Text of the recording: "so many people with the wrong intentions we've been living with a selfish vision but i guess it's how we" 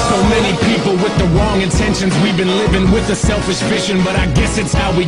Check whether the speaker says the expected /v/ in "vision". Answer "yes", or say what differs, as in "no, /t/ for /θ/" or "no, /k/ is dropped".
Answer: no, /f/ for /v/